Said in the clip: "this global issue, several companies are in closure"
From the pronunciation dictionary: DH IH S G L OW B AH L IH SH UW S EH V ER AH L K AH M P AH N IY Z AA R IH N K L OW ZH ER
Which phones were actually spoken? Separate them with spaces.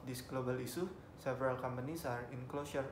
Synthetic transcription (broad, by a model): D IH S G L OW B AH L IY S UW S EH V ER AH L K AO M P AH N IY S AA R IH N K L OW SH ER